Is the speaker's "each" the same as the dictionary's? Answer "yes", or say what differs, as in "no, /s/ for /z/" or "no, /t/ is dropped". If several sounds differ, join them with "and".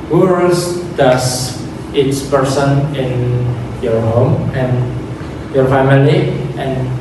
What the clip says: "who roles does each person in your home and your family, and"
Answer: no, /s/ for /tʃ/